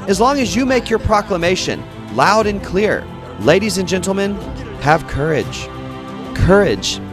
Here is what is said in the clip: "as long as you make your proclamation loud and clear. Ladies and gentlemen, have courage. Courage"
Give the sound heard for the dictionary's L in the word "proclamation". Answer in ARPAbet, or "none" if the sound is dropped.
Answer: L